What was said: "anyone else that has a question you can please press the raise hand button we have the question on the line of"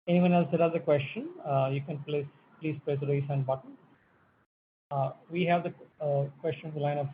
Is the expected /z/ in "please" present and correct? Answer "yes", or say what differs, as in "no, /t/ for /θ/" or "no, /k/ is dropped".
no, /s/ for /z/